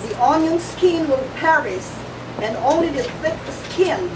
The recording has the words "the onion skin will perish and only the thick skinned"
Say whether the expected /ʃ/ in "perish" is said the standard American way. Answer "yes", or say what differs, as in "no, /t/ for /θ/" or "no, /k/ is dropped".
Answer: no, /s/ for /ʃ/